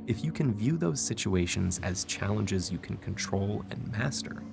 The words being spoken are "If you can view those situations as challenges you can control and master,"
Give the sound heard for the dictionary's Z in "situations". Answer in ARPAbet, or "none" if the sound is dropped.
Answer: Z